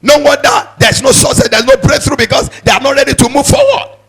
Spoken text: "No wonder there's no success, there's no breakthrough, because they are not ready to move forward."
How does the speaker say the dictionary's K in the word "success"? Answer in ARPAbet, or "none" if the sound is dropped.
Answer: none